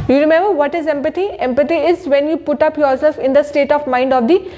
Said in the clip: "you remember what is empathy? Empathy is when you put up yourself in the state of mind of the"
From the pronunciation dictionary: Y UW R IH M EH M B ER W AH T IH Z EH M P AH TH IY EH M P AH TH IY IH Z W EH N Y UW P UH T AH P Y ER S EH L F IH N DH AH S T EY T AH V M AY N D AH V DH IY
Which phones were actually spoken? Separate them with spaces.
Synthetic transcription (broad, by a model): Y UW R IH M EH M B ER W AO T IH Z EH M P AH T IY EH M P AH T IY IH Z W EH N Y UW P UH T AH P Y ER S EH F IH N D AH S T EY T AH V M AY N D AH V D IY